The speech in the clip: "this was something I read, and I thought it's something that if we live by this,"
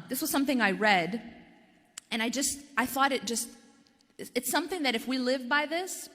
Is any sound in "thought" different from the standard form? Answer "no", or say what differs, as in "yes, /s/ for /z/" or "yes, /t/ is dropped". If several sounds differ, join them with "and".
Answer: no